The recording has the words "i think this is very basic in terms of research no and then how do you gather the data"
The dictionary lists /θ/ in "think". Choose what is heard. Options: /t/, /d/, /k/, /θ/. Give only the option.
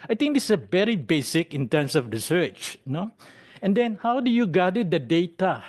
/t/